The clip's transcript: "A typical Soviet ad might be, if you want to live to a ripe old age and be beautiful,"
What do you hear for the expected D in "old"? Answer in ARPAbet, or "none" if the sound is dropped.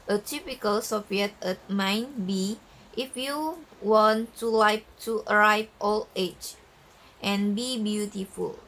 none